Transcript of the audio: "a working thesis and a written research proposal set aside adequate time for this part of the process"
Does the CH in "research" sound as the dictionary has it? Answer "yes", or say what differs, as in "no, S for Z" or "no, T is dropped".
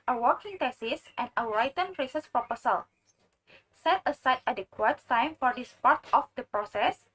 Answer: no, S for CH